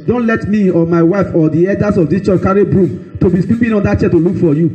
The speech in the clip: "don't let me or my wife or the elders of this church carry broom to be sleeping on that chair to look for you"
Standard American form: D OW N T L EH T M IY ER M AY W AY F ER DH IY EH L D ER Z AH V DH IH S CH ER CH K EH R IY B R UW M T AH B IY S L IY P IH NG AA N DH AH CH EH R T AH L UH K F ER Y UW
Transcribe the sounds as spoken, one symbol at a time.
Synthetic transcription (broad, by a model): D OW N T L EH T M IY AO M AY W AY F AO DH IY EH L D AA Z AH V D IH S CH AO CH K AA R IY B R UW M T AH B IY S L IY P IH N AA N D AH CH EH T AH L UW K F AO Y UW